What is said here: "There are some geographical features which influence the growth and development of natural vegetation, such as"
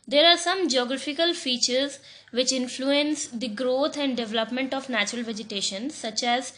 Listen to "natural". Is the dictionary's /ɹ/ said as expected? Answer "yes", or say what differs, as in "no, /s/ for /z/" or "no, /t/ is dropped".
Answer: yes